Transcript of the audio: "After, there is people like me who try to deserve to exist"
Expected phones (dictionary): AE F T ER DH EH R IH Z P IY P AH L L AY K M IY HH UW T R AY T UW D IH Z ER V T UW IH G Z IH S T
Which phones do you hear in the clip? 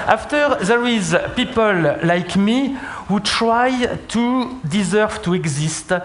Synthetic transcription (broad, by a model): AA F T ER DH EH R IH Z P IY P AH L L AY K M IY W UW T R AY T UW D IH Z ER V T UW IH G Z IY S T